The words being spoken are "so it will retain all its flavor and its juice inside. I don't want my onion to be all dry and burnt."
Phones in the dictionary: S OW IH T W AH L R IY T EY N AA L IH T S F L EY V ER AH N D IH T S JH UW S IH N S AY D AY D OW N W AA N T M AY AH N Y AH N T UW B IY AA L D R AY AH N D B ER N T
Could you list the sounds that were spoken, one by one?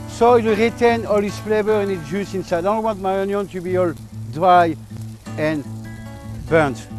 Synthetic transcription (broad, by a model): S OW IH T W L R IY T EY N AA L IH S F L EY B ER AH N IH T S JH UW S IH N S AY AY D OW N W AA N T M AY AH N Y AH N T UW B IY AA L D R AY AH N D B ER N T